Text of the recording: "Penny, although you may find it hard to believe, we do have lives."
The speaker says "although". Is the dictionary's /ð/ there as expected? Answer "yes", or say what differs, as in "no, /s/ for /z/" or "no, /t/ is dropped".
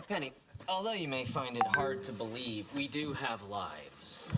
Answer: yes